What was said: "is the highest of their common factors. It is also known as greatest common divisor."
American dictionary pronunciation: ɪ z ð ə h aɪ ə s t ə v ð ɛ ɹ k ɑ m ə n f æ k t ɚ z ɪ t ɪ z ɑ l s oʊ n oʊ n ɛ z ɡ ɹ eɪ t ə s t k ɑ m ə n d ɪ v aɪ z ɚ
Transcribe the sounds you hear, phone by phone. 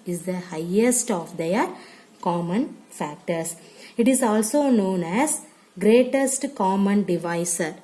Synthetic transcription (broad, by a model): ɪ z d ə h aɪ ə s t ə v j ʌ ɹ k ɑ m ə n f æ k t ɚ s ɪ t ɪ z ɑ l s oʊ n oʊ n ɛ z ɡ ɹ eɪ t ə s t k ɑ m ə n d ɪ v aɪ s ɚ